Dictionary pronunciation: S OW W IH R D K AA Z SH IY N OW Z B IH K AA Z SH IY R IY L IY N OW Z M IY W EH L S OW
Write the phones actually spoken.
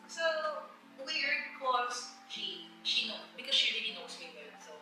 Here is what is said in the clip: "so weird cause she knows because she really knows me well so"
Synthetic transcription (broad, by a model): S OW W IH R D K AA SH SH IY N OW B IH K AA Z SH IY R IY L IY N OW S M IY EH N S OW